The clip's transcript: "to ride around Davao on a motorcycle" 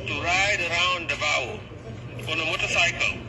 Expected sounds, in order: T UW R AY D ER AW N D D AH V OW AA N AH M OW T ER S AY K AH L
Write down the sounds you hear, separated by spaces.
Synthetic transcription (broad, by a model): T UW R AY D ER AW N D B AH W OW AA N AH M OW T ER S AY K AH L